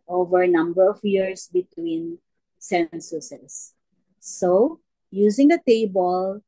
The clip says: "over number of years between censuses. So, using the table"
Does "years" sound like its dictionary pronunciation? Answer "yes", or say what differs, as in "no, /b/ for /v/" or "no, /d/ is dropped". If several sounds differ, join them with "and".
no, /s/ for /z/